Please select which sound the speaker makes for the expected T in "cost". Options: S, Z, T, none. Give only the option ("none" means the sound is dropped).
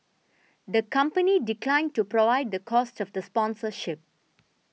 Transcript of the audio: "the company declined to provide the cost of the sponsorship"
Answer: T